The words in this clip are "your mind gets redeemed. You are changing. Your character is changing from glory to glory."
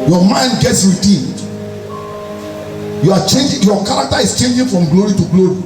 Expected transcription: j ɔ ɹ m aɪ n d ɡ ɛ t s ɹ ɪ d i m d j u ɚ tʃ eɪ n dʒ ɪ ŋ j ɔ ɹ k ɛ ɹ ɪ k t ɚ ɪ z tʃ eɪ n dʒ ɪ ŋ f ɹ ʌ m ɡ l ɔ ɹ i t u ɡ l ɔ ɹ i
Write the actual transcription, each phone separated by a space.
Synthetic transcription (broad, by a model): j ɔ m aɪ n d ɡ ɛ t s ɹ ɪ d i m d j u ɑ tʃ eɪ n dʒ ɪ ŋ j ɔ k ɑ ɹ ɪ k t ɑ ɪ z tʃ eɪ n dʒ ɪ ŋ f ɹ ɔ m ɡ l ɔ ɹ i t u ɡ l ɔ ɹ i